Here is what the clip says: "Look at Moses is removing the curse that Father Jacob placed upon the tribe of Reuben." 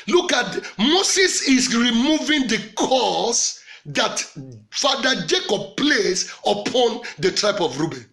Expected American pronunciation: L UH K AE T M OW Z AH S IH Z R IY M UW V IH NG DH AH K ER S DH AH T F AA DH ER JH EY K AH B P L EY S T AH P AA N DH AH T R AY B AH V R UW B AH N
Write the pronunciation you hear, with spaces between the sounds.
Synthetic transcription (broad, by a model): L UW K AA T M OW S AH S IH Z R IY M UW V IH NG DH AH K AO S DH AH T F AA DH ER JH EY K AH B P L EY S AH P AA N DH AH T R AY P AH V R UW B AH N